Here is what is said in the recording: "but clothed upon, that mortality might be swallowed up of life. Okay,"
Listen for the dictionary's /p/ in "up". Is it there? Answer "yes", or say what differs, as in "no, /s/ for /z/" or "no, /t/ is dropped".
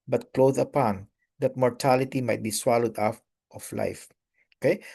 no, /f/ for /p/